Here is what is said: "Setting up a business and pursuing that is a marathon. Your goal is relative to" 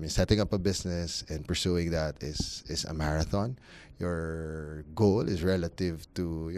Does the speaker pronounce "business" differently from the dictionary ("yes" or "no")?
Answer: yes